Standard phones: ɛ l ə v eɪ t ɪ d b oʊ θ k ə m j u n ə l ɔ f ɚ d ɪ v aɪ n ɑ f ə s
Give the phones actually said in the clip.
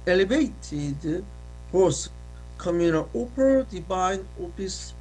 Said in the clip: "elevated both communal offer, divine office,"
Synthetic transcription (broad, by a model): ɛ l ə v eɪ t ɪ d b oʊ s k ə m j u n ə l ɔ p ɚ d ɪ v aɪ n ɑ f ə s